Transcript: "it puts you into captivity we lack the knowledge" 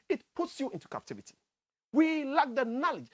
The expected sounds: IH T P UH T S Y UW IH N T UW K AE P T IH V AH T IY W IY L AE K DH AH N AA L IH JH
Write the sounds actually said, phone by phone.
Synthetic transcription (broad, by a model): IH T P UH T S Y UW IH N T UW K AE P T IH V AH T IY W IY L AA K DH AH N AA L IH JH